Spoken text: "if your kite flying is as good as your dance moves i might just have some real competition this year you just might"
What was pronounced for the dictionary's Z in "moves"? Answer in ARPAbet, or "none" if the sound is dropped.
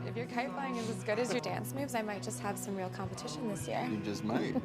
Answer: Z